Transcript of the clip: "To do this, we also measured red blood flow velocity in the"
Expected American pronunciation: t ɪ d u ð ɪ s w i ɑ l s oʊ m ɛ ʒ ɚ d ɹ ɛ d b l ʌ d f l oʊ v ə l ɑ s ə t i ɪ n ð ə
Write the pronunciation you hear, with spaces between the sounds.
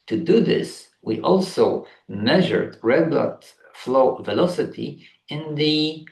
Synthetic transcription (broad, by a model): t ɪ d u ð ɪ s w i ɑ l s oʊ m ɛ ʒ ɚ d ɹ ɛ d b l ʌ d f l oʊ v ə l ɑ s ə t i ɪ n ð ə